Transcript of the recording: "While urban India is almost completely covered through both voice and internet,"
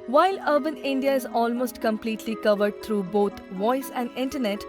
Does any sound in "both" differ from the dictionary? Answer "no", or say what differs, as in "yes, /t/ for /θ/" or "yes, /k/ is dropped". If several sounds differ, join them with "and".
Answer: yes, /t/ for /θ/